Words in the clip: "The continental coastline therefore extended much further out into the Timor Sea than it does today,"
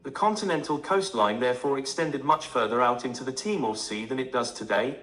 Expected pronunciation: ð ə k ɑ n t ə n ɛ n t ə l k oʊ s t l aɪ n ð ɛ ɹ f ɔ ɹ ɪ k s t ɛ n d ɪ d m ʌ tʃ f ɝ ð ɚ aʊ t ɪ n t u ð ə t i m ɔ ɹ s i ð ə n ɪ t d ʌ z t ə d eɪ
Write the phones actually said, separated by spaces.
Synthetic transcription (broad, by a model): ð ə k ɑ n t ə n ɛ n t ə l k oʊ s t l aɪ n ð ɛ ɹ f ɔ ɹ ɪ k s t ɛ n d ɪ d m ʌ tʃ f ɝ ð ɚ aʊ t ɪ n t u ð ə t i m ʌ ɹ s i ð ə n ɪ t d ʌ z t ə d eɪ